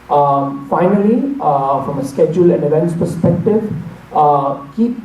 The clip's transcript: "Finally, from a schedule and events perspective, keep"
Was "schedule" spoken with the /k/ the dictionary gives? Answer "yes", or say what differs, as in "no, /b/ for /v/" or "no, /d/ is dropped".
yes